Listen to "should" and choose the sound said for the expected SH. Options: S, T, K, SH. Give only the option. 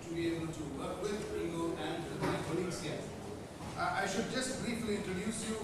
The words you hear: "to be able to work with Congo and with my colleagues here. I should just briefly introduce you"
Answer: SH